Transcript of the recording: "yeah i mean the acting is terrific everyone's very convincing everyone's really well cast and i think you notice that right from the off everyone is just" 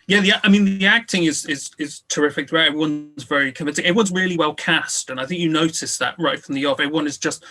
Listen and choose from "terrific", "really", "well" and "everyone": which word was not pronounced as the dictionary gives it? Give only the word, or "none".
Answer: everyone